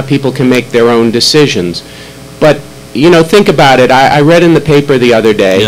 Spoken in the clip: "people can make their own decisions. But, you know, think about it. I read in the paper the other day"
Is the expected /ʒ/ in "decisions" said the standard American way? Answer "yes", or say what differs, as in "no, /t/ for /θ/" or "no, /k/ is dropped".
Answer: yes